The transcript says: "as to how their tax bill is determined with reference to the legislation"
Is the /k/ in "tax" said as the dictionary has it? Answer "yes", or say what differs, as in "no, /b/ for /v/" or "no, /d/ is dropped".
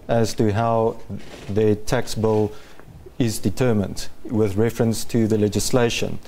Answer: yes